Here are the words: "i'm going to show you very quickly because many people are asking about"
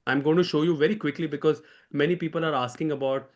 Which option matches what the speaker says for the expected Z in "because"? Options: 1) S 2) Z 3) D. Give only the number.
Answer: 2